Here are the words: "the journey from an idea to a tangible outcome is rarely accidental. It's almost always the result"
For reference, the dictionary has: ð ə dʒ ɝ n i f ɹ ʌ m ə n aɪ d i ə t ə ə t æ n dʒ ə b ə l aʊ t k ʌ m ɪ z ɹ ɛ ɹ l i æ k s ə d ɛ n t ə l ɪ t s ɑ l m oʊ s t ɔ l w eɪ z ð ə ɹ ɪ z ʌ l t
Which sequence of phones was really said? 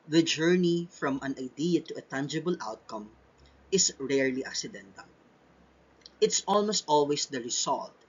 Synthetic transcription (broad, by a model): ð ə dʒ ɝ n i f ɹ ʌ m ə n aɪ d i ə t ə ə t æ n dʒ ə b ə l aʊ t k ʌ m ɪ s ɹ ɛ ɹ l i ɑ k s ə d ɛ n t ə l ɪ t s ɑ l m oʊ s t ɔ l w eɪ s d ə ɹ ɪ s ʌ l t